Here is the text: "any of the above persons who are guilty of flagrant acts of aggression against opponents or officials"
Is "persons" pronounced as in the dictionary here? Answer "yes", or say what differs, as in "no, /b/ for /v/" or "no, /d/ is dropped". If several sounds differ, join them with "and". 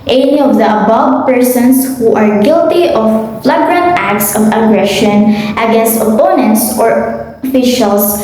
no, /s/ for /z/